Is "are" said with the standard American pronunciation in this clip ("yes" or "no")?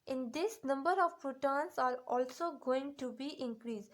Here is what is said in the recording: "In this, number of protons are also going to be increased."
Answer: yes